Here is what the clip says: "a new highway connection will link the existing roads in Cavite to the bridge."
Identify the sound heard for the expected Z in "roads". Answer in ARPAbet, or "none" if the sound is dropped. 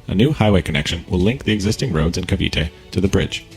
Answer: Z